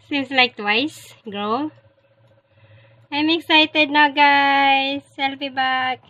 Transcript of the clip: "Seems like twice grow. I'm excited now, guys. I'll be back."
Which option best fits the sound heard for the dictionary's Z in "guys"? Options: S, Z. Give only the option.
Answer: S